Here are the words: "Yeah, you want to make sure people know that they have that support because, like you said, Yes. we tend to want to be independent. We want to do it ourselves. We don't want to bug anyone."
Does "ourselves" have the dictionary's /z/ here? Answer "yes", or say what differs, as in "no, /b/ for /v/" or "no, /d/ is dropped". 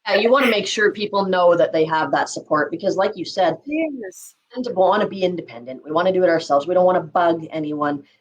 yes